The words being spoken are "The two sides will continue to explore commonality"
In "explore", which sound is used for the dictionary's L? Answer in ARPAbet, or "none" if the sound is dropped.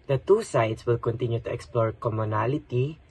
L